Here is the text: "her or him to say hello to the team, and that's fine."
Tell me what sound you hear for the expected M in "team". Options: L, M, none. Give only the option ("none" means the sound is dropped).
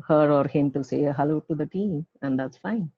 none